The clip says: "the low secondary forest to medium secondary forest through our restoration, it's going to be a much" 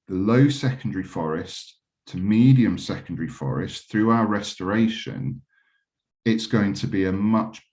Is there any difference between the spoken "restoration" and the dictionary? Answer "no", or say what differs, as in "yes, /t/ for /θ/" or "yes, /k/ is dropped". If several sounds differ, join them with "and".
no